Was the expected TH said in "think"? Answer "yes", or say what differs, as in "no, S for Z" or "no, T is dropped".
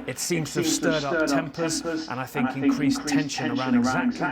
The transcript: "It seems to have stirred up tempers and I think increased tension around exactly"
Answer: yes